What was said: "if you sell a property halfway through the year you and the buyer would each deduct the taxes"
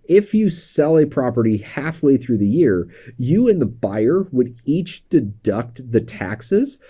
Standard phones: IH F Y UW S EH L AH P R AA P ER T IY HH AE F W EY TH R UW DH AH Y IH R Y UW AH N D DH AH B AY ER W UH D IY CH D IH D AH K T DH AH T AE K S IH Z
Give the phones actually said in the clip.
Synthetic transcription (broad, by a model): IH F Y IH S EH L AH P R AA P ER T IY HH AE F W EY TH R UW DH AH Y IH R Y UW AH N DH AH B AY ER W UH D IY CH D IH D AH K T DH AH T AE K S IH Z